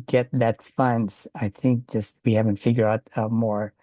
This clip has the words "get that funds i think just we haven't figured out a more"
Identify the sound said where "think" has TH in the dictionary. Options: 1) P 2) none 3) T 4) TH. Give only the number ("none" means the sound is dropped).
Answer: 4